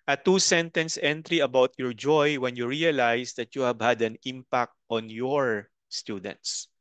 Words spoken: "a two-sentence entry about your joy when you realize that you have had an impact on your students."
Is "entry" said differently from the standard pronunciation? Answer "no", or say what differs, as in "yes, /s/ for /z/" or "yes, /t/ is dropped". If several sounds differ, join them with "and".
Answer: no